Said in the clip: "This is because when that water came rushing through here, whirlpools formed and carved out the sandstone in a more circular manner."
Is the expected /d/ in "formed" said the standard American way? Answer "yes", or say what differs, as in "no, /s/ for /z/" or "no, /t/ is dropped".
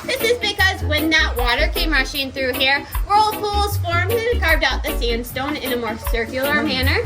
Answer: no, /d/ is dropped